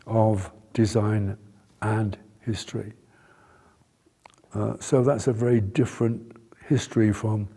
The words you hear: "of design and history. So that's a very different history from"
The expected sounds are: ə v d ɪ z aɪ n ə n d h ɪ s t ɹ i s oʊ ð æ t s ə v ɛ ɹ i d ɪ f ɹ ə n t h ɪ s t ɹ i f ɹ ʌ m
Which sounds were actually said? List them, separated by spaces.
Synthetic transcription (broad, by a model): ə v d ɪ z aɪ n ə n h ɪ s t ɹ i s oʊ ð æ t s ə v ɛ ɹ i d ɪ f ɹ ə n t h ɪ s t ɹ i f ɹ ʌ m